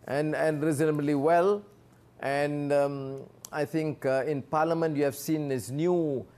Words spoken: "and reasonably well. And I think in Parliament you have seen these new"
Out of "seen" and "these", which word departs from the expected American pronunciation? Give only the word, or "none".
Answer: these